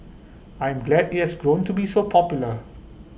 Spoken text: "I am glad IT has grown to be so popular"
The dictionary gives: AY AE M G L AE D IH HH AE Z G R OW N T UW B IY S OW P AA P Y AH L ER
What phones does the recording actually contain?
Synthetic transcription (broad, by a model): AY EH M G L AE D IH HH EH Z G R OW N T UW B IY S OW P AA P Y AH L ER